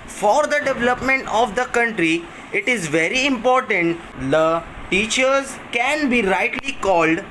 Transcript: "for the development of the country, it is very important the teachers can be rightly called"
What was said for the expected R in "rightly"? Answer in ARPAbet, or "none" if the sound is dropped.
R